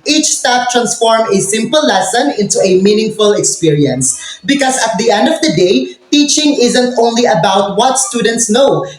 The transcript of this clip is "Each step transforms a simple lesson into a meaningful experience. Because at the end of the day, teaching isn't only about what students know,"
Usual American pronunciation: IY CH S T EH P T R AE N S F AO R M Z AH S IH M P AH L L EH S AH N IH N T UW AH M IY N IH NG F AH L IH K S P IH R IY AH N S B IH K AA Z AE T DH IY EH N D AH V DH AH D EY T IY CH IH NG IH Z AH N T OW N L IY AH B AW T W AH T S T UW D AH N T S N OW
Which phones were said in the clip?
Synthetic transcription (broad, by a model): IY CH S T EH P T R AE N S F AO R M AH S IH M P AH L L EH S AH N IH N T UW AH M IY N IH NG F AH L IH K S P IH R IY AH N S B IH K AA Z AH T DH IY EH N D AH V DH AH D EY T IY CH IH NG IH Z AH N T OW N L IY AH B AW T W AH T S T UW D AH N T S N OW